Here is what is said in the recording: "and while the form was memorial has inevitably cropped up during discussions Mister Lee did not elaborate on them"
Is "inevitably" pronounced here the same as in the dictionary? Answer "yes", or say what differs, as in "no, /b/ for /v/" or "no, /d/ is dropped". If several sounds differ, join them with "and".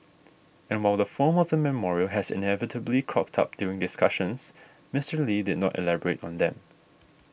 yes